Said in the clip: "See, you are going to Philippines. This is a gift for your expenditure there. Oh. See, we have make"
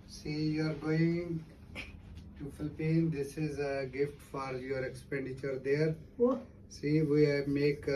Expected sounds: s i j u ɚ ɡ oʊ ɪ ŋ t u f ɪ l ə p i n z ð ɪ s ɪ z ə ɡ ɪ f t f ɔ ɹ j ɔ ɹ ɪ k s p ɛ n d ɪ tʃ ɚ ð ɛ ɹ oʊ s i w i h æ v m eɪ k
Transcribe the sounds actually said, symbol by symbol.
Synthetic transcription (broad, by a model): s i j u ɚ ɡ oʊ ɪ ŋ t u f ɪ l p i n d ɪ s ɪ z ə ɡ ɪ f t f ɔ ɹ j ɔ ɹ ɪ k s p ɛ n d ɪ tʃ ɚ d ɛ ɹ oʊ s i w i m eɪ k